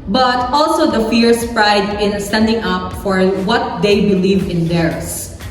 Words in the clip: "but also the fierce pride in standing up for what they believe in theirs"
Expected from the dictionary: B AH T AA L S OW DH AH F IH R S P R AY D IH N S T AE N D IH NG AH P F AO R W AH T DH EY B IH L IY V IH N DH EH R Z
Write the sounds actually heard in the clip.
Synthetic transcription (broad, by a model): B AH T AA L S OW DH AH F IH R S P R AY D IH N S T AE N D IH NG AH P F AO R W AH T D EY B IH L IY V IH N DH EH R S